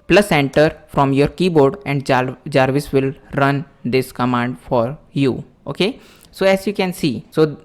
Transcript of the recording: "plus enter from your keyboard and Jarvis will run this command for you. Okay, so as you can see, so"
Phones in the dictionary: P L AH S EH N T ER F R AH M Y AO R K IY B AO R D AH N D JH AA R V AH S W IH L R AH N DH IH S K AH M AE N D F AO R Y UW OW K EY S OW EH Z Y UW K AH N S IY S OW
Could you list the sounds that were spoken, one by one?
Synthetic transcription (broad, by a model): P L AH S EH N T ER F R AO M Y AO R K IY B AO R D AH N D JH AA R V AH S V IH L R AH N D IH S K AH M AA N D F AO R Y UW OW K EY S OW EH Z Y UW K AH N S IY S OW